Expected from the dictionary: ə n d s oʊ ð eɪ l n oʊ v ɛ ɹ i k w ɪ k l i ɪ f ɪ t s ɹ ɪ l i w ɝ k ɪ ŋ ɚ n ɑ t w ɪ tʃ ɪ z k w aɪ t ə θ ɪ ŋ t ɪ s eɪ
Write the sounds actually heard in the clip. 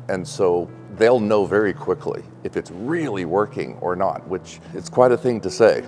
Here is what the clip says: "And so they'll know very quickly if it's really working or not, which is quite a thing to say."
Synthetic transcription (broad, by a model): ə n s oʊ ð eɪ l n oʊ v ɛ ɹ i k w ɪ k l i ɪ f ɪ t s ɹ ɪ l i w ɝ k ɪ ŋ ɚ n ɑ t w ɪ tʃ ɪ s k w aɪ t ə θ ɪ ŋ t ɪ s eɪ